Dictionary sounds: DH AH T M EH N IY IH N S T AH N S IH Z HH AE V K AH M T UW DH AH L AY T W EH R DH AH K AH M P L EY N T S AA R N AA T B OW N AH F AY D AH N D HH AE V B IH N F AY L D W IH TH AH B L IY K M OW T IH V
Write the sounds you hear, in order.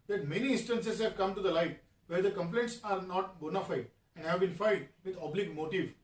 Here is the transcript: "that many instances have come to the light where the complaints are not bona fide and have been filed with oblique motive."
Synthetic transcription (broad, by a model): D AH T M EH N IY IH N S T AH N S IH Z HH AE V K AH M T UW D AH L AY T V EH R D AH K AH M P L EY N T S AA R N AA T B OW N AH F AY D AH N D HH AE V B IH N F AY D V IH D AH B L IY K M OW T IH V